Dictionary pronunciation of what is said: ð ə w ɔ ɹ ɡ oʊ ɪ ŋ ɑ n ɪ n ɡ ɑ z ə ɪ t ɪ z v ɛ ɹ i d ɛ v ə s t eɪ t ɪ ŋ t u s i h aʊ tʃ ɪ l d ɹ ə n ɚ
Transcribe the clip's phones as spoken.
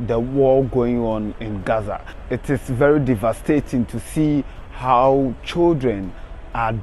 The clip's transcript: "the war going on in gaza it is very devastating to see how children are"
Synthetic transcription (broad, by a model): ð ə w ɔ l ɡ oʊ ɪ ŋ ɑ n ɪ n ɡ ɑ z ə ɪ t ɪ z v ɛ ɹ i d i v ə s t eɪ t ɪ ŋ t u s i h aʊ tʃ ɪ l d ɹ ə n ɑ